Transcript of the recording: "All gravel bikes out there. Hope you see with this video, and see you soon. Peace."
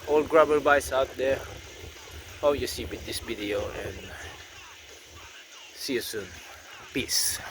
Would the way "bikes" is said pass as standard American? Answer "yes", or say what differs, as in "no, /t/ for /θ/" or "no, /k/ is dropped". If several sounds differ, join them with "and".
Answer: no, /k/ is dropped